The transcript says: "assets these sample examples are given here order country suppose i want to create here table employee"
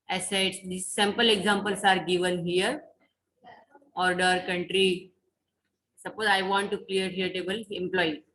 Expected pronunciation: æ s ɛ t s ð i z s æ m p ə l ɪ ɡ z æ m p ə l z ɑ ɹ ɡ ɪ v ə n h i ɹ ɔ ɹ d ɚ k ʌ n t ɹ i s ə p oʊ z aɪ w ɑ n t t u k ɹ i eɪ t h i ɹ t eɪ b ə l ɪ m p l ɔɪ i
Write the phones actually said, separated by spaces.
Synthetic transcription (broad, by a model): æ s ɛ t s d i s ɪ m p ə l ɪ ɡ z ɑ m p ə l s ɑ ɹ ɡ ɪ v ə n h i ɹ ɔ ɹ d ɚ k ʌ n t ɹ i s ə p oʊ z aɪ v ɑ n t t u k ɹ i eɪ t h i ɹ t eɪ b ə l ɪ m p l ɔɪ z